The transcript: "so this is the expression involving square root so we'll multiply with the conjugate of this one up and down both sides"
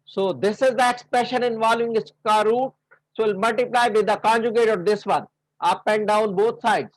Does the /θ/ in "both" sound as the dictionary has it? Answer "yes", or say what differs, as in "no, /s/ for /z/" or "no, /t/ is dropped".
no, /t/ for /θ/